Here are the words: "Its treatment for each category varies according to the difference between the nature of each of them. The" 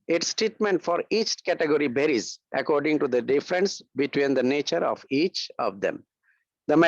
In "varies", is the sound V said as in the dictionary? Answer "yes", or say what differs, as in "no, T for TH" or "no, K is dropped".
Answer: no, B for V